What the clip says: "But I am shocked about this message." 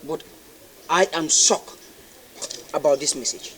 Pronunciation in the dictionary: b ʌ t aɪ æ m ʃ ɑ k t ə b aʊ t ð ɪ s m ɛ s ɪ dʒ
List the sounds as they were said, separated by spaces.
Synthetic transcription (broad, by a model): b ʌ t aɪ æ m s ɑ k ə b aʊ t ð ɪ s m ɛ s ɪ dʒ